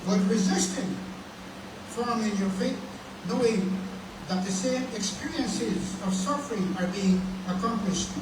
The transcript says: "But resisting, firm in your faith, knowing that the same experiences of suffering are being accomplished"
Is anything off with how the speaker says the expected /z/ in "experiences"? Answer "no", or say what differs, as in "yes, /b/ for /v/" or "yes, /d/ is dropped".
no